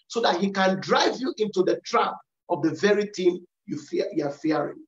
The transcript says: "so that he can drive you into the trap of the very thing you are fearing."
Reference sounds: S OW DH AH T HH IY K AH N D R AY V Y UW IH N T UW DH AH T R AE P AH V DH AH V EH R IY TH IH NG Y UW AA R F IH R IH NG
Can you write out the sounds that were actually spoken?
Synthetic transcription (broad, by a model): S OW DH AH T HH IY K AH N D R AY V Y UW IH N T UW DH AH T R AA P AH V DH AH V EH R IY T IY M Y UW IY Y F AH R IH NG